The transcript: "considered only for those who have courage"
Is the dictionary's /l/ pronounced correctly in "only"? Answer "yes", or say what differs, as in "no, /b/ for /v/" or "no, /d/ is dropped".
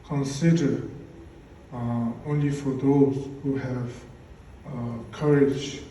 yes